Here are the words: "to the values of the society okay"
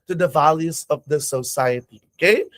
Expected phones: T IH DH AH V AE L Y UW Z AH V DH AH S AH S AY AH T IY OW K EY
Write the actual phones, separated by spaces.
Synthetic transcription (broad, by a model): T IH DH AH V AE L Y UW Z AH V DH AH S AH S AY AH T IY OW K EY